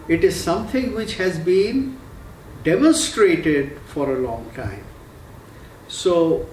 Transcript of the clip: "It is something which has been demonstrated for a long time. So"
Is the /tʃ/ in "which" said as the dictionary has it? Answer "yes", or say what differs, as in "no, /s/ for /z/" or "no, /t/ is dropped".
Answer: yes